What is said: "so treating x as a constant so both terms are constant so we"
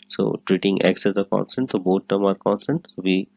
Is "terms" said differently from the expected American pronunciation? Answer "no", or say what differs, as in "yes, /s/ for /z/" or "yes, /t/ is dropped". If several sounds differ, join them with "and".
yes, /z/ is dropped